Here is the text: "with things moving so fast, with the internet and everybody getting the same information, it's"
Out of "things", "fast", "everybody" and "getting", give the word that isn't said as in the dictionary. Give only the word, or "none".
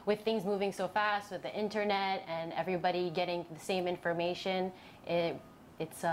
none